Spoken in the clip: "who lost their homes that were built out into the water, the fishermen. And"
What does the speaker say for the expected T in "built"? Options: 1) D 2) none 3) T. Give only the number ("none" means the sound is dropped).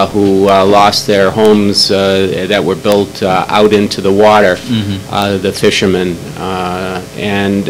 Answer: 3